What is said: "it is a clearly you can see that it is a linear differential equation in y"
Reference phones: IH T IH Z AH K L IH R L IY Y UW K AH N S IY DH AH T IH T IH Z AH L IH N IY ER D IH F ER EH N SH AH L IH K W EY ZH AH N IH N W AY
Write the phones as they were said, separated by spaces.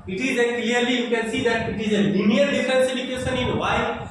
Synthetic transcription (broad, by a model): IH T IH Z AH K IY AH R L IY Y UW K AH N S IY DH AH T IH T IH Z AH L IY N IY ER D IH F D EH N S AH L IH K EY SH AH N IH N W AY